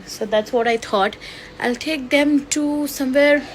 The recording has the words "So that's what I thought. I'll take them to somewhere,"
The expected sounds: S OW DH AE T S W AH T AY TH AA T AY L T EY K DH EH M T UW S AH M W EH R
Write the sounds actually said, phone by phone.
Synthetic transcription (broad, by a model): S OW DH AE T S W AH T AY T AA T AY L T EY K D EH M T UW S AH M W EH R